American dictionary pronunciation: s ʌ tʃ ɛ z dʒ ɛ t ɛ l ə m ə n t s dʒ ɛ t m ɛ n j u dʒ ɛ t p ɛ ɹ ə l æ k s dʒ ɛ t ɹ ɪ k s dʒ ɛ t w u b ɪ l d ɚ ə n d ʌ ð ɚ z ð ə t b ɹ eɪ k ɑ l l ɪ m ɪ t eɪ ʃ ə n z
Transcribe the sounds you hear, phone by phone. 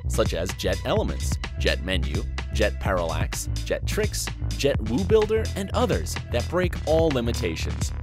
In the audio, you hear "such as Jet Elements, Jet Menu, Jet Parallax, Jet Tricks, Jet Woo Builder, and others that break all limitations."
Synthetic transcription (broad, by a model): s ʌ tʃ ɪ z dʒ ɛ t ɛ l ə m ə n t s dʒ ɛ t m ɛ n j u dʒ ɛ t p ɛ ɹ ə l æ k s dʒ ɛ t ɹ ɪ k s dʒ ɛ t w u b ɪ l d ɚ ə n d ʌ ð ɚ z ð ə t b ɹ eɪ k ɑ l l ɪ m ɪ t eɪ ʃ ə n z